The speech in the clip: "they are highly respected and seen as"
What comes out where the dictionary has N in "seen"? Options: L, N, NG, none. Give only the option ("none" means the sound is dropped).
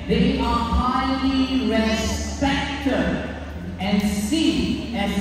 none